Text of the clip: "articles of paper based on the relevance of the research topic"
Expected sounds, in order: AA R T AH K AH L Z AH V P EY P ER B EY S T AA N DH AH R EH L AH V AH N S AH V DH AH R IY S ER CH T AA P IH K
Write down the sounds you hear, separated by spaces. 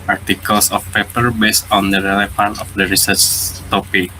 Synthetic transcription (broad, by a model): AA R T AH K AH L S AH F P EY P ER B EY S T AA N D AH R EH L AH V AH N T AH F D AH R IY S ER CH T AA P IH K